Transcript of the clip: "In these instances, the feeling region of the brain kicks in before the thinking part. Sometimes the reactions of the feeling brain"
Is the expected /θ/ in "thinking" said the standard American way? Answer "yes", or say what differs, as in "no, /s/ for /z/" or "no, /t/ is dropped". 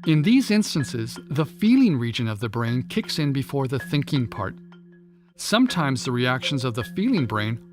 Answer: yes